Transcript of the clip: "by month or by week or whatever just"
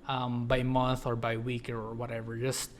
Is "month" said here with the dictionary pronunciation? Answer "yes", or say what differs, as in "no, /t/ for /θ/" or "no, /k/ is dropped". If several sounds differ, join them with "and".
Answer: yes